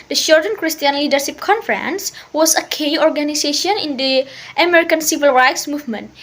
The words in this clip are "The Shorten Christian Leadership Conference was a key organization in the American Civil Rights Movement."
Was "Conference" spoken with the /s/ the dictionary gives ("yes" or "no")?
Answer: yes